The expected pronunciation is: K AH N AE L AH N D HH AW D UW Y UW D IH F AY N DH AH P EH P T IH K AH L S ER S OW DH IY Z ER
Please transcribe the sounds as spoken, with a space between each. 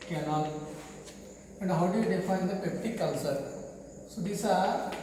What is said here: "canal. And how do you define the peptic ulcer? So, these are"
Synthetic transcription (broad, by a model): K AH N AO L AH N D HH AW D UW Y UW D IH F AY N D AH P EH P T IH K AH N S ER S OW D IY S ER